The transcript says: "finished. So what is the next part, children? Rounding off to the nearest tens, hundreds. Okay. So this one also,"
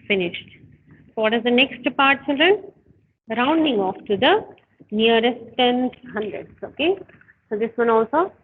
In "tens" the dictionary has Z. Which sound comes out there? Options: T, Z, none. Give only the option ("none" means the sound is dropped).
none